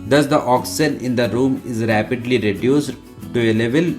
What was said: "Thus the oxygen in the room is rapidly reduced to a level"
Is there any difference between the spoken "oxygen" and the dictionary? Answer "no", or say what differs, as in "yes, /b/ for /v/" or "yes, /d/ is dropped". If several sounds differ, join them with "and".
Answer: yes, /dʒ/ is dropped